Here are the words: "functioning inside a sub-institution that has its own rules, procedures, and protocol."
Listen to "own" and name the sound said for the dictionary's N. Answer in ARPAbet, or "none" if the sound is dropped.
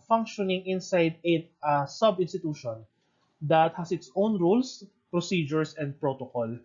N